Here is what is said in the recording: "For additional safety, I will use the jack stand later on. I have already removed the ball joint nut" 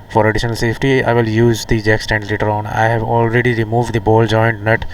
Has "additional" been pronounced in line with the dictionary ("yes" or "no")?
yes